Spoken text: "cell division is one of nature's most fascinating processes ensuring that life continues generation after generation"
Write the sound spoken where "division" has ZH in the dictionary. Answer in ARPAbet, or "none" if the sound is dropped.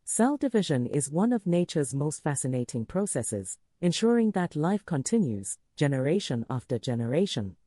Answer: ZH